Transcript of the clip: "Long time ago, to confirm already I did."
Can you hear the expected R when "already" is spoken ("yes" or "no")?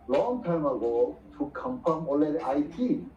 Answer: no